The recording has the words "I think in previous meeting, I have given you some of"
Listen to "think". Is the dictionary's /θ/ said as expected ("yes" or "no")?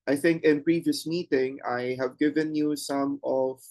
yes